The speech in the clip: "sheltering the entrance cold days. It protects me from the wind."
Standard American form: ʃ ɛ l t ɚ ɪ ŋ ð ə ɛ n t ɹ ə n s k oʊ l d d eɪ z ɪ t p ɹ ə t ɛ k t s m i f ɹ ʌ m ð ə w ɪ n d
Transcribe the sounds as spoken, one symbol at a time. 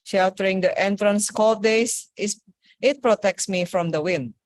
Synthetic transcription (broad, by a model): ʃ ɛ l t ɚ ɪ ŋ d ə ɛ n t ɹ ə n s k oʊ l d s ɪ s ɪ t p ɹ ə t ɛ k t s m i f ɹ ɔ m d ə w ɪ n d